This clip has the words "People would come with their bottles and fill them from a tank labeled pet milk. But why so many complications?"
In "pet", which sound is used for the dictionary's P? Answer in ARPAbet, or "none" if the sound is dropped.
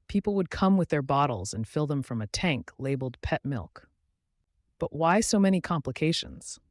P